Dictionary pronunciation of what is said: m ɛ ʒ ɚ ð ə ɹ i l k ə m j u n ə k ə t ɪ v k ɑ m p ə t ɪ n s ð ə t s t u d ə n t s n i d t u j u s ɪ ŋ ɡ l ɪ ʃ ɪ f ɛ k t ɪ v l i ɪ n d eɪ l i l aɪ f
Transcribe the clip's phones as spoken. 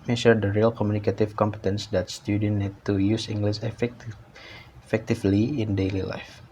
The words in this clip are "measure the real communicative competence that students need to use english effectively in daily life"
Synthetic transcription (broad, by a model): m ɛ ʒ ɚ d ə ɹ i l k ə m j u n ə k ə t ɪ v k ɑ m p ə t ɪ n s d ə t s t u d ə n n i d t u j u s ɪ ŋ ɡ l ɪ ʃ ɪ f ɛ k t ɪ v l i ɪ n d eɪ l i l aɪ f